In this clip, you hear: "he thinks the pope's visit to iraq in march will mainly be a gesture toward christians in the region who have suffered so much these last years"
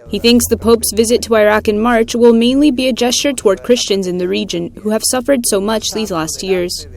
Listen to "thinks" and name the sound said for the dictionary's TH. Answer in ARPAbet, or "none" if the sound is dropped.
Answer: TH